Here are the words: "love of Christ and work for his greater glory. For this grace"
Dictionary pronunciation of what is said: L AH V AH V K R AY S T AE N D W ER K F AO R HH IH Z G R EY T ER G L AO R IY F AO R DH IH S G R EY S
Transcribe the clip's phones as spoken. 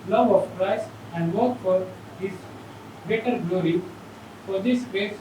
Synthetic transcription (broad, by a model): L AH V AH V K R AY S AE N D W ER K F AO R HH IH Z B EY T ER G L AO R IY F AO R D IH S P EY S